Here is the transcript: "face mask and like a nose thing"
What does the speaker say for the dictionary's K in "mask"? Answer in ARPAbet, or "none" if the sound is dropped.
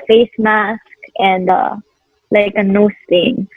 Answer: K